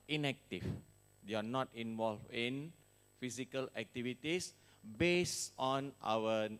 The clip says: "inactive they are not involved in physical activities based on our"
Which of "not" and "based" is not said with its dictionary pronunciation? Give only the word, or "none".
based